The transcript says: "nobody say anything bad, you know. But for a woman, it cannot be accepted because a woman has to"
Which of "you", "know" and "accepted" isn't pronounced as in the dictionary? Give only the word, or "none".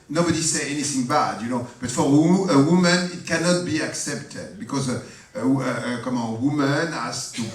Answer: none